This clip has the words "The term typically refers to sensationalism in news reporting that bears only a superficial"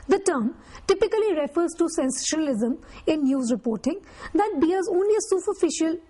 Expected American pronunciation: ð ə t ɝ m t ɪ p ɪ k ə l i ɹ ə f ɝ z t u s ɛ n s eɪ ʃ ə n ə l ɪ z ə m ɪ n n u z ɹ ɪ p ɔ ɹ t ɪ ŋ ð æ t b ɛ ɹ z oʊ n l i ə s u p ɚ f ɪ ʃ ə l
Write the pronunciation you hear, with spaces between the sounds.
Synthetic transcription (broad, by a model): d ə t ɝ m t ɪ p ɪ k ə l i ɹ ə f ɝ z t u s ɛ n s eɪ ʃ ə n ə l ɪ z ə m ɪ n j u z ɹ ɪ p ɔ ɹ t ɪ ŋ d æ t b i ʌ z oʊ n l i ə s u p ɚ f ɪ ʃ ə l